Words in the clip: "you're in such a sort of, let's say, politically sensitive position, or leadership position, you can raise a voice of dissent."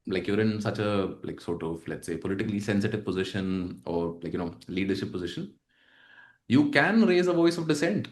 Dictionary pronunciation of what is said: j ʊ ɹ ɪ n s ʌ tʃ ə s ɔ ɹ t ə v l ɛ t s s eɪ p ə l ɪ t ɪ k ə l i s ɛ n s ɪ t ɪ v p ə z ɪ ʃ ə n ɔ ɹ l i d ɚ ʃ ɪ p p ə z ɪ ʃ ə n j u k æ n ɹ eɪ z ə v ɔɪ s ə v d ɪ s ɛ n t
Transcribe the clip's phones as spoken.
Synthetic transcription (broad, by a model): j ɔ ɹ ɪ n s ʌ tʃ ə s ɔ t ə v l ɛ t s s eɪ p ə l ɪ t ɪ k ə l i s ɛ n s ɪ t ɪ v p ə z ɪ ʃ ə n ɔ ɹ l i d ɚ ʃ ɪ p p ə z ɪ ʃ ə n j u k æ n ɹ eɪ z ə v ɔɪ s ə v d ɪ s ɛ n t